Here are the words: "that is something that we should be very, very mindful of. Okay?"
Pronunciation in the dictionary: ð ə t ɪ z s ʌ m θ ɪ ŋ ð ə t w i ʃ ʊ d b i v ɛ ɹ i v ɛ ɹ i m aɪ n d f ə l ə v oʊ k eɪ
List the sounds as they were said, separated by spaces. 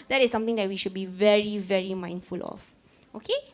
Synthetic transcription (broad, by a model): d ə t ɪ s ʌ m t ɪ ŋ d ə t w i ʃ ʊ d b i v ɛ ɹ i v ɛ ɹ i m aɪ n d f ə l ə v oʊ k eɪ